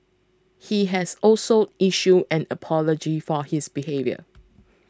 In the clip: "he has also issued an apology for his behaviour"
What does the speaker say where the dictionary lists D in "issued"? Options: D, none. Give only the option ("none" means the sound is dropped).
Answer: none